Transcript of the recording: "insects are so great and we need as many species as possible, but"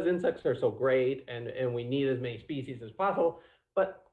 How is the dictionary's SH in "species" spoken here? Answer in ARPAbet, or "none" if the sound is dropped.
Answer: SH